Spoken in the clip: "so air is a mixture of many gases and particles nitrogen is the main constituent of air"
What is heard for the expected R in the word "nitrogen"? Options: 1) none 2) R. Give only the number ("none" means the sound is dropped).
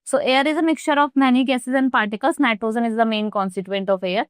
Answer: 1